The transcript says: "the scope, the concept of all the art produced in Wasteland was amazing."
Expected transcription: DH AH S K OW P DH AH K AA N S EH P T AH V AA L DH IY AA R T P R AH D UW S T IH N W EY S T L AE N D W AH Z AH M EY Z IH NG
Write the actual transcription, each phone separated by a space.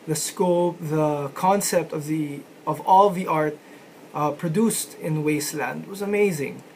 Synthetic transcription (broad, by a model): DH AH S K OW P DH AH K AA N S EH P T AH V AA L DH IY AA R T P R AH D UW S T IH N W EY S T L AE N D W AH Z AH M EY Z IH NG